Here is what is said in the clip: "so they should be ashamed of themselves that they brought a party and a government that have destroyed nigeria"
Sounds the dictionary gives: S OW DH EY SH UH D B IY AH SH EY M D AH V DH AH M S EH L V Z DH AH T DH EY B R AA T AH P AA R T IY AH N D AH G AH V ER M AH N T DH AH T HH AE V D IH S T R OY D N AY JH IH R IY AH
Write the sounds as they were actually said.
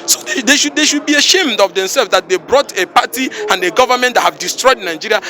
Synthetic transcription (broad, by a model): S OW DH EY SH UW D B IY AH SH EY M D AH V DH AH M S EH L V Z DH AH T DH EY B R AA T AH P AA T IY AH N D AH G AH V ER M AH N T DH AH T HH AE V D IH S T R OY D N AY JH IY R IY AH